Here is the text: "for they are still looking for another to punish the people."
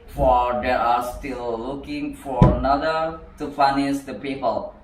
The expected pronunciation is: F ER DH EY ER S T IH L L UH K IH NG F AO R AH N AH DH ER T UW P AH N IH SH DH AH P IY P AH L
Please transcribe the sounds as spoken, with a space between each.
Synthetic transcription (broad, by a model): F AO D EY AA S T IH L L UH K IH NG F AO R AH N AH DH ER T UW F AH N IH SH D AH P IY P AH L